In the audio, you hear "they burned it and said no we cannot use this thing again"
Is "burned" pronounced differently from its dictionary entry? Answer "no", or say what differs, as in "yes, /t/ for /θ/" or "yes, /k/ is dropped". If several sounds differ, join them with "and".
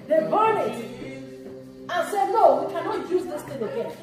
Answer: yes, /d/ is dropped